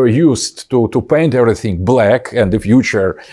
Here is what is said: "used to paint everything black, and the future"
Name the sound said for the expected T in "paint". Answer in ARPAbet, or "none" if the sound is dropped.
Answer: T